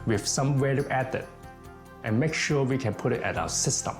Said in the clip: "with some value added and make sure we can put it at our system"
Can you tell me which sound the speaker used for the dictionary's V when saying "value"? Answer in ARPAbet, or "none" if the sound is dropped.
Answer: W